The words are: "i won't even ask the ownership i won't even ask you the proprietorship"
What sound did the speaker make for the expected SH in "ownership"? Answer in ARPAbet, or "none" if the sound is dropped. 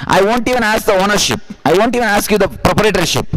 SH